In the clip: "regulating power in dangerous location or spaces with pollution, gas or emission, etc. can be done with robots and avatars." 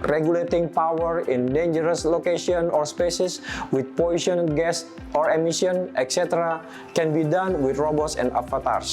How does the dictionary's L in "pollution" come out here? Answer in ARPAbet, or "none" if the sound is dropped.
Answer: none